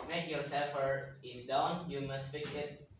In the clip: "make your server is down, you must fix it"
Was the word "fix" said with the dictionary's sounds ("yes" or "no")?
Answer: no